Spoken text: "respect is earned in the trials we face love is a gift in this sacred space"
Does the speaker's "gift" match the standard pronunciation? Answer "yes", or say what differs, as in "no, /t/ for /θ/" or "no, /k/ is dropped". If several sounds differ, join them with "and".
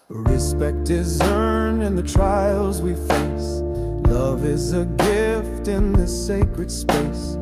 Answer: yes